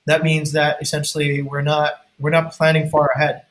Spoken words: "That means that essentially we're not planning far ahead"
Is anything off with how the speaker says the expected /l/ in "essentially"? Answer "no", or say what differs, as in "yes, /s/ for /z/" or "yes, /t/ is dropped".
yes, /n/ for /l/